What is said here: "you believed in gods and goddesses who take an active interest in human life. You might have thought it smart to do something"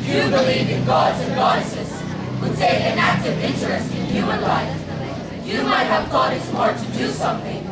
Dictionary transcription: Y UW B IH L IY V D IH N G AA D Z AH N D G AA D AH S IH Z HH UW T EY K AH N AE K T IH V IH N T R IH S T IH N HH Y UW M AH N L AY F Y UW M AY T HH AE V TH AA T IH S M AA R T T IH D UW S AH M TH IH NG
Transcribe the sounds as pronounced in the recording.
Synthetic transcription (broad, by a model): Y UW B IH L IY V IH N G AA D Z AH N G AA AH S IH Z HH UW S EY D AH N AE K T IH V IH N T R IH S T IH N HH Y UW M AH N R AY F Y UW M AY T HH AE V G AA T IH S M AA R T T IH D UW S AH M TH IH NG